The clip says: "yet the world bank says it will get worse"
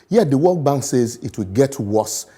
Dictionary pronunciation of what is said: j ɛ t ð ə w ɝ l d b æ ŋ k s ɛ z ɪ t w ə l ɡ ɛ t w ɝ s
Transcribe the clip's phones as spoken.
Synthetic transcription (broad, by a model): j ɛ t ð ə w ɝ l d b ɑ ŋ k s ɛ z ɪ t w ə l ɡ ɛ t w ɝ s